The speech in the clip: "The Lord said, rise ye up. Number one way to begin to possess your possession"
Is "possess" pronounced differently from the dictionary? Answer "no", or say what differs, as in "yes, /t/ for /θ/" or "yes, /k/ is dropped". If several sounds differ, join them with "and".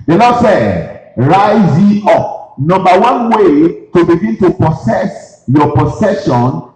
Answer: yes, /s/ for /z/